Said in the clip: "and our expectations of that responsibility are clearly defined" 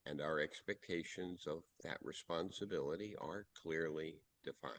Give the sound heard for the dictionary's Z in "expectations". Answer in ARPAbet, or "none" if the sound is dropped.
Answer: Z